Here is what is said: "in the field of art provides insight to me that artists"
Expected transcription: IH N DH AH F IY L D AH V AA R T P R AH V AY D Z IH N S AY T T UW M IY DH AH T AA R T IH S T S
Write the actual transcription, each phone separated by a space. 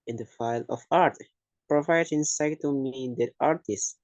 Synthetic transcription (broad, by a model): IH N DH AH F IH L AH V AA R T P R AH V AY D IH N S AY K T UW M IY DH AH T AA R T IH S S